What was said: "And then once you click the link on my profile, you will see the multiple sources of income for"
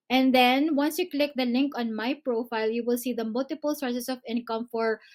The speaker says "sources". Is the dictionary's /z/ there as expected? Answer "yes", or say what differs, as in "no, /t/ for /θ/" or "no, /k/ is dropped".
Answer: no, /s/ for /z/